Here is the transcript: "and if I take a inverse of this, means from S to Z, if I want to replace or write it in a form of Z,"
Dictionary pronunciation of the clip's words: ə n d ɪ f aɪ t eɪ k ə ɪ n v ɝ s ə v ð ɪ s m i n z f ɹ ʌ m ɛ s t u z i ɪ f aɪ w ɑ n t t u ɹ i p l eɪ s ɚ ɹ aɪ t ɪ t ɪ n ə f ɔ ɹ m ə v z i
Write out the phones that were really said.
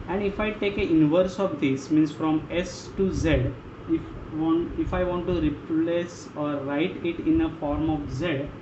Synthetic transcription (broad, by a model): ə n d ɪ f aɪ t eɪ k ə ɪ n v ɝ s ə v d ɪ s m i n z f ɹ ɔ m ɛ s t u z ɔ ɪ f aɪ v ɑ n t t u ɹ i p l eɪ s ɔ ɹ aɪ t ɪ t ɪ n ə f ɔ ɹ m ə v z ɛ